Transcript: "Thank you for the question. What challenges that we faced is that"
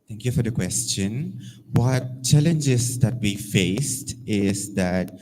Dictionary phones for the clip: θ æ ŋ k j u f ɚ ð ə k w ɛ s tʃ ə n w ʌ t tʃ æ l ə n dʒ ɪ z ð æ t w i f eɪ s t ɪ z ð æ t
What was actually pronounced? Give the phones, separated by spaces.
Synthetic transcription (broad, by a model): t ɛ ŋ k j u f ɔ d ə k w ɛ s tʃ ə n w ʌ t tʃ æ l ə n dʒ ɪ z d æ t w i f eɪ s t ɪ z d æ t